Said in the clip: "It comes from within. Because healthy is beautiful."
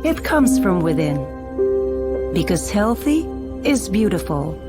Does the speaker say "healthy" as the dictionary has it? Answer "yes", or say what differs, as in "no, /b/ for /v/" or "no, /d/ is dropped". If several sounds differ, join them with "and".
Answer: yes